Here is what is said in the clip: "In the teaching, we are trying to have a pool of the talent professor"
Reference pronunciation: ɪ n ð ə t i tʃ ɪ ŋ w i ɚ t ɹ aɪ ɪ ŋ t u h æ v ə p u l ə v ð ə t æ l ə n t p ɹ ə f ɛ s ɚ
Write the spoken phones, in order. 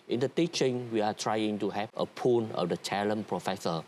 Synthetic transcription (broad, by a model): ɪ n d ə t i tʃ ɪ ŋ w i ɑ t ɹ aɪ ɪ ŋ t u h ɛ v ə p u n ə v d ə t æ l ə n p ɹ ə f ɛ s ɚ